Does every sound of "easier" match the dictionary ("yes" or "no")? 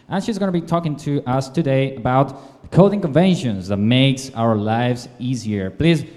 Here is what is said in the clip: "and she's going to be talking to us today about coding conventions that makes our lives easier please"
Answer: yes